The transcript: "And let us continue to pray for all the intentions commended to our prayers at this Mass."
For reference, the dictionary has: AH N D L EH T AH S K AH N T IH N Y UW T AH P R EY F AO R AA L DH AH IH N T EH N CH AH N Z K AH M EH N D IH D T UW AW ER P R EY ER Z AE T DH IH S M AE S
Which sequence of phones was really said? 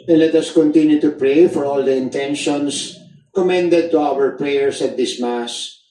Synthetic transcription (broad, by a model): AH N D L EH T AH S K AH N T IH N Y UW T AH P R EY F AO R AA L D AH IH N T EH N SH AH N S K AH M EH N D IH D T UW AW ER P R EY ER S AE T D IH S M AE S